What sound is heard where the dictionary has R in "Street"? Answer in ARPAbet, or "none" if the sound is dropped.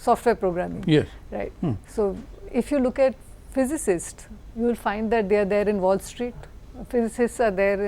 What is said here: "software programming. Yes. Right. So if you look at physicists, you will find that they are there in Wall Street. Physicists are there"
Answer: R